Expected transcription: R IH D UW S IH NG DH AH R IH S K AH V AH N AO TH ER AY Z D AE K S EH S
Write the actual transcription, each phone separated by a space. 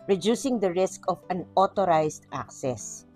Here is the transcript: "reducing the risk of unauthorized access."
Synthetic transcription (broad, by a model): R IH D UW S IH NG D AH R IH S K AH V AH N AO T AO AY S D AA K S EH S